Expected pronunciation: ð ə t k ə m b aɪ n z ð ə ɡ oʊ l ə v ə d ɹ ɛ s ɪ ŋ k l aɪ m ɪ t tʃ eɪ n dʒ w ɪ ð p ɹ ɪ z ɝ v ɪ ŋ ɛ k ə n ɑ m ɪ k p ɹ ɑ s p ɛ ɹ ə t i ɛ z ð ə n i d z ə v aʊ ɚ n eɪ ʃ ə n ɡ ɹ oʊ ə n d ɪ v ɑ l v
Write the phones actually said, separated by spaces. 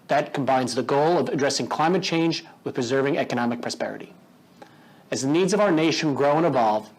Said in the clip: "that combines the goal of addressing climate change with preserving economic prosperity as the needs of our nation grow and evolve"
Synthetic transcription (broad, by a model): ð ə t k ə m b aɪ n z ð ə ɡ oʊ l ə v ə d ɹ ɛ s ɪ ŋ k l aɪ m ɪ t tʃ eɪ n dʒ w ɪ ð p ɹ ɪ z ɝ v ɪ ŋ ɛ k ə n ɑ m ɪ k p ɹ ɑ s p ɛ ɹ ə t i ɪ z ð ə n i d z ə v aʊ ɚ n eɪ ʃ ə n ɡ ɹ oʊ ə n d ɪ v ɑ l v